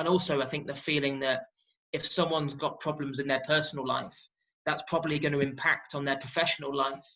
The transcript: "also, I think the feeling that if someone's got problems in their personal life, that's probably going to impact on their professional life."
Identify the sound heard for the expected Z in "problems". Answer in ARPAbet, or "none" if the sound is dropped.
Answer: Z